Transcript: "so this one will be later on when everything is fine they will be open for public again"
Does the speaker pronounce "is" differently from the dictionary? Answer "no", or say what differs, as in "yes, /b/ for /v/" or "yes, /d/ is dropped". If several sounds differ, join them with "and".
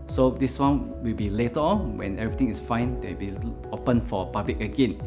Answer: yes, /s/ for /z/